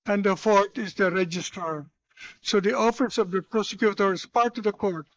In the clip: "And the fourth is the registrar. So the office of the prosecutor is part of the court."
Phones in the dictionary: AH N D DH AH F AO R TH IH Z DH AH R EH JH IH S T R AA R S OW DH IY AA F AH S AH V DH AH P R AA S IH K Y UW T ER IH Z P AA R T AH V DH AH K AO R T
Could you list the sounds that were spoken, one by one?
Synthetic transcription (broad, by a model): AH N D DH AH F AO R T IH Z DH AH R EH JH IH S T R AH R S OW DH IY AA F AH S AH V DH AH P R AA S IH K Y UW T ER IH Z P AA R T AH V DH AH K AO R T